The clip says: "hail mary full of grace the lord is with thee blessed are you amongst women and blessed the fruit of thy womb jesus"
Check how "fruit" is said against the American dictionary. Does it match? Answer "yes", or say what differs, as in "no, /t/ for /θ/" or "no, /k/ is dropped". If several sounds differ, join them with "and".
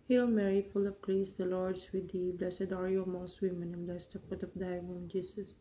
no, /ɹ/ is dropped